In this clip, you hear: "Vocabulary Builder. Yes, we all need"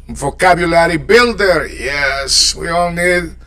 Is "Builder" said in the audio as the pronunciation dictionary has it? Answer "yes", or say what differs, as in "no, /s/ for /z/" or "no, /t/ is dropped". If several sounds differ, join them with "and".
yes